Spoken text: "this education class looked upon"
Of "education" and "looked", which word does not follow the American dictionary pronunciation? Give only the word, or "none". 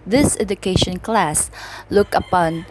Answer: looked